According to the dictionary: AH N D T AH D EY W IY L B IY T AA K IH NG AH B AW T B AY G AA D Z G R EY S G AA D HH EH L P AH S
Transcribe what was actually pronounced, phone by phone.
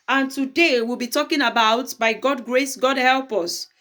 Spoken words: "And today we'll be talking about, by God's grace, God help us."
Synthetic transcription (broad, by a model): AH N T AH D EY W IY L B IY T AA K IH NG AH B AW T B AY G AA D G R EY S G AA D HH EH L P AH S